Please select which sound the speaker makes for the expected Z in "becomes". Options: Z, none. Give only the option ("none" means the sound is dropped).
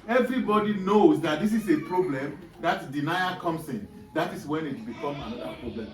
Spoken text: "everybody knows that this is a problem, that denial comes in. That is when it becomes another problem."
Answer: none